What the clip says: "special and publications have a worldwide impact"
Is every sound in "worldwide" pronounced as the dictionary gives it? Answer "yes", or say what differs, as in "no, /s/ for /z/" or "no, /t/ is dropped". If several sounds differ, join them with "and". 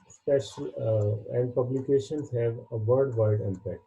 no, /l/ is dropped